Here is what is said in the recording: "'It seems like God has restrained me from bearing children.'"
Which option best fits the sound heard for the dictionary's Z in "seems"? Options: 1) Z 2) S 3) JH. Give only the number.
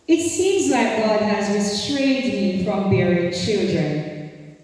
1